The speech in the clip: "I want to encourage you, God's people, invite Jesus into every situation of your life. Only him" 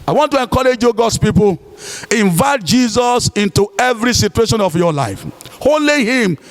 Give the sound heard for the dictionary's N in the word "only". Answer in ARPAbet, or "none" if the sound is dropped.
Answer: none